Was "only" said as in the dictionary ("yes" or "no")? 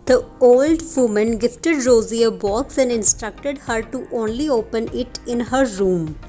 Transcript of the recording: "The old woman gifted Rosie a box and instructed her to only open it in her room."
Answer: yes